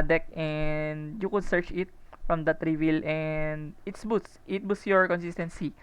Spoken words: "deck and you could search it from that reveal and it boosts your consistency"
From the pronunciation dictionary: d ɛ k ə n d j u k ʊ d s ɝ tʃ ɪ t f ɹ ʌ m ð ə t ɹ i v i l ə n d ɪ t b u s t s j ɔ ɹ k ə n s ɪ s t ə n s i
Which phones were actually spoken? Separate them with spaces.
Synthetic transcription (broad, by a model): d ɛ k ə n d j u k ʊ d s ɝ tʃ ɪ t f ɹ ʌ m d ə t ɹ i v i l ə n d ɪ t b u s t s j ɔ ɹ k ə n s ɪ s t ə n s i